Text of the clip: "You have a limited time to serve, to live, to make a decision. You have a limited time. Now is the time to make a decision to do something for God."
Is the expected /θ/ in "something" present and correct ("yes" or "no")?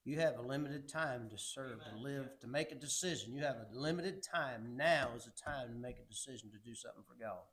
yes